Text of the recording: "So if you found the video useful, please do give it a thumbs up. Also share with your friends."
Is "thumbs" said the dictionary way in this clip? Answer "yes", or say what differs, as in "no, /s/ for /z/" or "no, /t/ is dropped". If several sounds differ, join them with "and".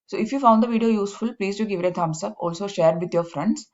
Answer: no, /t/ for /θ/ and /s/ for /z/